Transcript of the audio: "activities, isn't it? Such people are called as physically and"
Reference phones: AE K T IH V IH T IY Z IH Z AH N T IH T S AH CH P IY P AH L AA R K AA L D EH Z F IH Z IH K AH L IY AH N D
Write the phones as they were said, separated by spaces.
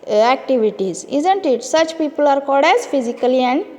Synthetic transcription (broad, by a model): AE K T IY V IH T IY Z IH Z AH N T IH T S AH CH P IY P AH L AA R K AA D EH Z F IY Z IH K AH L IY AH N D